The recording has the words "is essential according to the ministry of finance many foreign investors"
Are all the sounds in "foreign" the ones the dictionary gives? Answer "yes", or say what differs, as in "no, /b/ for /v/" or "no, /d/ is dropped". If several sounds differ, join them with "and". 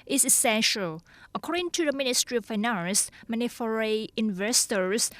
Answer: no, /n/ is dropped